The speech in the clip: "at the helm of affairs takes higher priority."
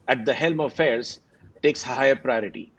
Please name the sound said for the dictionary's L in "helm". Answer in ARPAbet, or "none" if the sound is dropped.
L